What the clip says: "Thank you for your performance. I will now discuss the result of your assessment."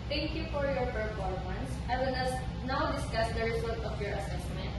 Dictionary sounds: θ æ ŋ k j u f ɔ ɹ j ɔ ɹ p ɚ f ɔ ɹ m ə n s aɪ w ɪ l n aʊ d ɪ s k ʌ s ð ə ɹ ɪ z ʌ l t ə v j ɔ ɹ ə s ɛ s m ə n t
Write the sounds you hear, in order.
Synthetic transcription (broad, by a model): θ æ ŋ k j u f ɔ ɹ j ɔ ɹ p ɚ p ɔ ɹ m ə n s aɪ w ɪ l n aʊ d ɪ s k ʌ s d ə ɹ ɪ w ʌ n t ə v j ɔ ɹ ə s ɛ s m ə n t